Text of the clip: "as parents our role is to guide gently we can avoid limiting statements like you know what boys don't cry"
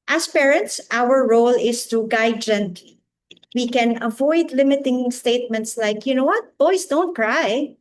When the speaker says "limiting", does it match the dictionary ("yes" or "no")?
yes